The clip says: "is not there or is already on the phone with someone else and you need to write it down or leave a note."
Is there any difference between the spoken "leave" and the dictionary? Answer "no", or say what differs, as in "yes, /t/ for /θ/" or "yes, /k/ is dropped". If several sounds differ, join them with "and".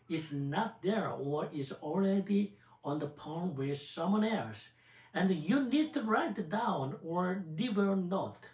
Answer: yes, /n/ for /l/